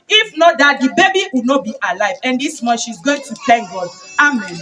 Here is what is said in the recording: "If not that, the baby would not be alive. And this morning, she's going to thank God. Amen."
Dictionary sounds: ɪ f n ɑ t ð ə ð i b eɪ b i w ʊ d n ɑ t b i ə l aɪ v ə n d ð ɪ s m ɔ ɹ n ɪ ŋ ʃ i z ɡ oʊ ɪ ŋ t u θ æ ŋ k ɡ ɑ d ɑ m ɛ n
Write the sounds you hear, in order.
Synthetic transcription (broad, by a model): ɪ f n ɑ t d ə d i b eɪ b i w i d n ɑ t b i ə l aɪ v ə n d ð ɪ s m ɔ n ʃ i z ɡ oʊ ɪ ŋ t u t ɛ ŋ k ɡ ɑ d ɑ m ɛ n